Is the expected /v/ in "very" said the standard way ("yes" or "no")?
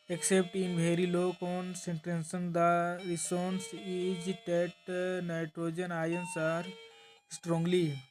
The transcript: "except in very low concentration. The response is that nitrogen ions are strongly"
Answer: no